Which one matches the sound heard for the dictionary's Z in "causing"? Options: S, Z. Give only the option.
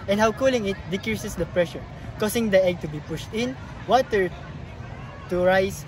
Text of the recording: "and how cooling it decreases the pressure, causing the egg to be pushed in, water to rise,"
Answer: S